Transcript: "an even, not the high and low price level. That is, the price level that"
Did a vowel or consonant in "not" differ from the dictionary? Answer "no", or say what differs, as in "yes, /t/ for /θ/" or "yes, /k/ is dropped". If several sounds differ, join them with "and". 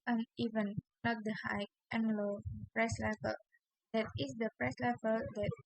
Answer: yes, /l/ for /n/